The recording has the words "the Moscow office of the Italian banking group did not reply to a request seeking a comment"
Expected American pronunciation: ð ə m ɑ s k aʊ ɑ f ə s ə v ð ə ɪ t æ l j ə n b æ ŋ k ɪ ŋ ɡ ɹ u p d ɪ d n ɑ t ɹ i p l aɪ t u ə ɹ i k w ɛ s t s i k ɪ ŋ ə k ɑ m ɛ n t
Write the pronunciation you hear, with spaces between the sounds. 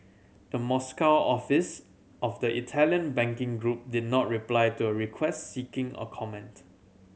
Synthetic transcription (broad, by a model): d ə m ɑ s k aʊ ɑ f ə s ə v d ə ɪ t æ l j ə n b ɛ ŋ k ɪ ŋ ɡ ɹ u p d ɪ d n ɑ t ɹ i p l aɪ t u ə ɹ i k w ɛ s t s i k ɪ ŋ ə k ɑ m ɛ n t